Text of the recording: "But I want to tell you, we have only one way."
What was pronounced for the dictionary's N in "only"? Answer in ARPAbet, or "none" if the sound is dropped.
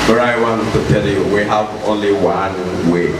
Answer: N